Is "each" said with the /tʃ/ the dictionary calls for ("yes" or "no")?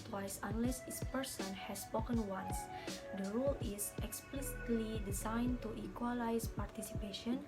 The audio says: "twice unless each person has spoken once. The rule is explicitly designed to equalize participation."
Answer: no